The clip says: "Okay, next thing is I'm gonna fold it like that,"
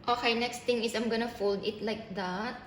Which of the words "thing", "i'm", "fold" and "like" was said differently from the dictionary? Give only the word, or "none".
thing